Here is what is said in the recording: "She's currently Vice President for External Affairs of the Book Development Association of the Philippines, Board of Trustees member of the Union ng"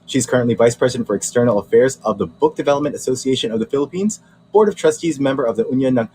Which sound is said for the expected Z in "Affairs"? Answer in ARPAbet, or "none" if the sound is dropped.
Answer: Z